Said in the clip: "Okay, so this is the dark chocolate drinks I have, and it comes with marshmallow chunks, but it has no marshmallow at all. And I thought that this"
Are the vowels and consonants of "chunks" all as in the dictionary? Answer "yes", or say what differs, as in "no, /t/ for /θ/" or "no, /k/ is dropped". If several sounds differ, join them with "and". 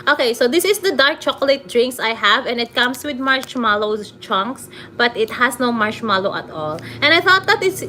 yes